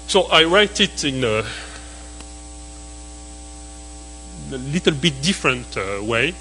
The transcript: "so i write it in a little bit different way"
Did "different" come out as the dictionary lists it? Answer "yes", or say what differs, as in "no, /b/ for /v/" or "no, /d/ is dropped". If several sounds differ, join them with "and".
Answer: yes